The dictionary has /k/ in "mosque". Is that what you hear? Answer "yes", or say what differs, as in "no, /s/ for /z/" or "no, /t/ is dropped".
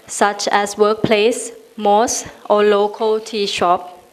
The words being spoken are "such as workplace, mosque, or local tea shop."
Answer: no, /k/ is dropped